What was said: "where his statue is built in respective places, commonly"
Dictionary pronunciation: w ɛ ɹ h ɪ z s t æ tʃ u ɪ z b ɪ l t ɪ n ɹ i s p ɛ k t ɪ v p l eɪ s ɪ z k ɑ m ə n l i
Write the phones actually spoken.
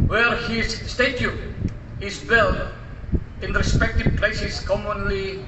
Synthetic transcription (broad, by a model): w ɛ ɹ h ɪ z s t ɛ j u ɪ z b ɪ l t ɪ n ɹ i s p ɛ k t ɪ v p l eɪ s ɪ s k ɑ m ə n l i